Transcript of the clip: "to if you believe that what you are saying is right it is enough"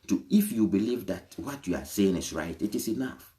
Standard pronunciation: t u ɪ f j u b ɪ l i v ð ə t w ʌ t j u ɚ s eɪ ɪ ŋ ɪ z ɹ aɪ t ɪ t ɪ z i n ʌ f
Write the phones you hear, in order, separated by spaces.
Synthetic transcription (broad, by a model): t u ɪ f j u b ɪ l i v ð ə t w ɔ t j u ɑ s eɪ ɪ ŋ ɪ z ɹ aɪ t ɪ t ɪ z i n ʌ f